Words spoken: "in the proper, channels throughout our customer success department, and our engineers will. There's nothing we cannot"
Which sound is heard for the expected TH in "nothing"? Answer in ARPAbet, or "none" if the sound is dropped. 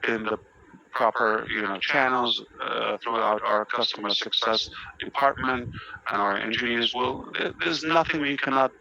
TH